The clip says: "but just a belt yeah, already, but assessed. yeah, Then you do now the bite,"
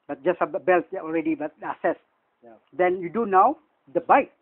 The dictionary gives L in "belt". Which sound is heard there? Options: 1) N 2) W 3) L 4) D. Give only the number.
3